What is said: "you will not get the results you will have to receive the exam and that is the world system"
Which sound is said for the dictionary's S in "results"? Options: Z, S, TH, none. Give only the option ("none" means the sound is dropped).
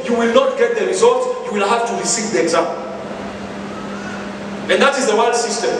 none